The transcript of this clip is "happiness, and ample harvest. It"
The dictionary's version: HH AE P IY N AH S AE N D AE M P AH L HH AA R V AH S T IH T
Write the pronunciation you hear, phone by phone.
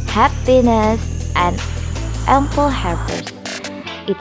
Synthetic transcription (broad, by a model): HH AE P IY N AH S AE N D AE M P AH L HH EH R P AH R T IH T